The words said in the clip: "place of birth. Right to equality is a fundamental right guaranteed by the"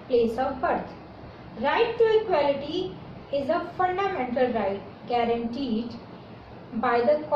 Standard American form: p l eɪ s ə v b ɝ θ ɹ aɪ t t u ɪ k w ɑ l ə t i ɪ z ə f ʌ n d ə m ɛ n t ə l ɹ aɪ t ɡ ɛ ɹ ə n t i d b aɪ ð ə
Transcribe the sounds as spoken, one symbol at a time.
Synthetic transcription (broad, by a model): p l eɪ s ə v b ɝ t ɹ aɪ t t u ɪ k w ɑ l ə t i ɪ z ə f ʌ n d ə m ɛ n t ə l ɹ aɪ t ɡ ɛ ɹ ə n t i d b aɪ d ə